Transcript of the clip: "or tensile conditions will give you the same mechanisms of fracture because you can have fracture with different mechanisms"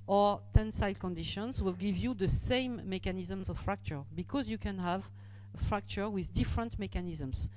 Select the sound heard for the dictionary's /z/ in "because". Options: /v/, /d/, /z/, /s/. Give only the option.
/z/